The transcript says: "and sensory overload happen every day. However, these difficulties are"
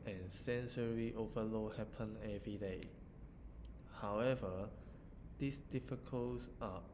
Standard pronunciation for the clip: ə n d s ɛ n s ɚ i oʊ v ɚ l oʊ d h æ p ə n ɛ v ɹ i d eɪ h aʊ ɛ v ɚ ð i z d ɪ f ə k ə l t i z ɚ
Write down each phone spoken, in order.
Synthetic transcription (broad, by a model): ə n s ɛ n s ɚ i oʊ v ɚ l oʊ h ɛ p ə n ɛ v ɹ i d eɪ h aʊ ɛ v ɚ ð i s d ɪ f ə k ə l s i